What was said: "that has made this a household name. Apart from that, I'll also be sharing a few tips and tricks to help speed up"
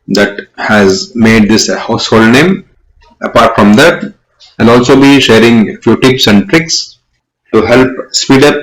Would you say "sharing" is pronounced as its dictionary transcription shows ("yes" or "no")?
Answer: yes